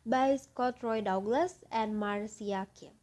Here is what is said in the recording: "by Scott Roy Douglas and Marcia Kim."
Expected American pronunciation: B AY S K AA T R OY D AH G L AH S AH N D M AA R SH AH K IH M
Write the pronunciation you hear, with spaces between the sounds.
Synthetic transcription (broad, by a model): B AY S K AA T R OY D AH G L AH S AH N D M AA R S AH K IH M